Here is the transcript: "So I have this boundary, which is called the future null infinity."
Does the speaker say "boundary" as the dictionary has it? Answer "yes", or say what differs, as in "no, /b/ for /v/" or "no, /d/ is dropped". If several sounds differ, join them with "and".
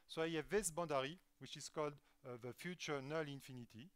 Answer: no, /n/ is dropped